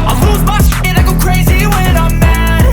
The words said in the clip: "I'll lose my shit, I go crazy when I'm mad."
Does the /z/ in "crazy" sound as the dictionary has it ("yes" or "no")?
yes